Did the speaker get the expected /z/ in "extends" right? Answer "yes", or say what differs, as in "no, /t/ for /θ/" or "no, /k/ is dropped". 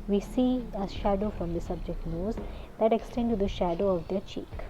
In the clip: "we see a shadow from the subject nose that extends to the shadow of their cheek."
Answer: no, /z/ is dropped